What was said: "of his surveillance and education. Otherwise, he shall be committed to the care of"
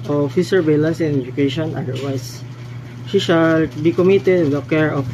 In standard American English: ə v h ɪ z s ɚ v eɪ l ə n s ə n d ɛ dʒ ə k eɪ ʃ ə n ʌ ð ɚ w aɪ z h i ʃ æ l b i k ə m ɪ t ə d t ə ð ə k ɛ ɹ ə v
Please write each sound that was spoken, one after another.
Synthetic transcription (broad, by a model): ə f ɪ s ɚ b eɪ l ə n s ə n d ɛ dʒ ə k eɪ ʃ ə n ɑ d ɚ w aɪ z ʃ i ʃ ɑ l b i k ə m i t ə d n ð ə k ɛ ɹ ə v